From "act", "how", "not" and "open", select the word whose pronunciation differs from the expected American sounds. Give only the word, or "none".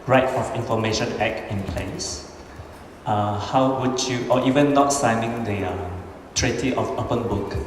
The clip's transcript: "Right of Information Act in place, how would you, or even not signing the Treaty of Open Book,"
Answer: act